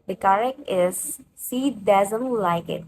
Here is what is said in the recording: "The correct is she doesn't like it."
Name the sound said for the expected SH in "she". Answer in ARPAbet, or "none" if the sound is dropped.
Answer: S